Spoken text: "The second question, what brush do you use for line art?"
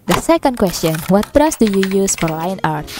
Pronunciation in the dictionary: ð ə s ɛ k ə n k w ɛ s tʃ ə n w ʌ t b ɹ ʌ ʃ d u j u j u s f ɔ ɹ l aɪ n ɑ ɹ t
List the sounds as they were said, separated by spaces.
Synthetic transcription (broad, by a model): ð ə s ɛ k ə n k w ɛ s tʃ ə n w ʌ t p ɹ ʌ s d u j u j u s f ɔ ɹ l aɪ n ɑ ɹ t